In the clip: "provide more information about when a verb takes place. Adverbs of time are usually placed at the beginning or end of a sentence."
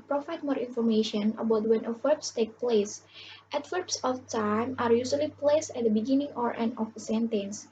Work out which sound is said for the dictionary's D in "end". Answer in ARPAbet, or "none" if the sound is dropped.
none